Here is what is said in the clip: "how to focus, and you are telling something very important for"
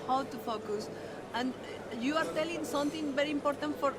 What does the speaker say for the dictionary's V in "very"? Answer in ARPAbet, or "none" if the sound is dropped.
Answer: V